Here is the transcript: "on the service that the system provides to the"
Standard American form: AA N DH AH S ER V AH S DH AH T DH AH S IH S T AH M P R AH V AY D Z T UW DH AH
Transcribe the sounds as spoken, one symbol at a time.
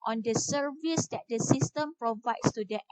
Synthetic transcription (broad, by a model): AA N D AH S ER V AH S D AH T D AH S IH S T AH M P R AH V AY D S T UW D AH